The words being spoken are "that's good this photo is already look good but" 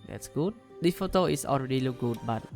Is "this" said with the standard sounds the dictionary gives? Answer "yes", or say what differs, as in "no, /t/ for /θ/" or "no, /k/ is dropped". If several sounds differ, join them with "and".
no, /s/ is dropped